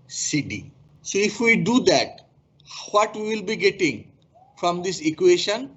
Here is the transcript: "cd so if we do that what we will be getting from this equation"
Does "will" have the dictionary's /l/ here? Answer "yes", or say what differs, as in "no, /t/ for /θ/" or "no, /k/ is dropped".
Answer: yes